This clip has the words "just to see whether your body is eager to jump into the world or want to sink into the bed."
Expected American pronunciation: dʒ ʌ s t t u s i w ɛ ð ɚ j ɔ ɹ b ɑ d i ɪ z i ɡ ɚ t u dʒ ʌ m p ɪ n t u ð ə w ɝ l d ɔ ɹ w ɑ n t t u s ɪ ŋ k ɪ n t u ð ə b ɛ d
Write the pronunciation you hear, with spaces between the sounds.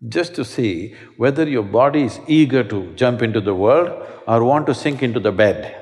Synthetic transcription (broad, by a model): dʒ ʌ s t t u s i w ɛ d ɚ j ɔ ɹ b ɑ d i ɪ z i ɡ ɚ t u dʒ ʌ m p ɪ n t u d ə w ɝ l d ɔ ɹ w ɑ n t t u s ɪ ŋ k ɪ n t u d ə b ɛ d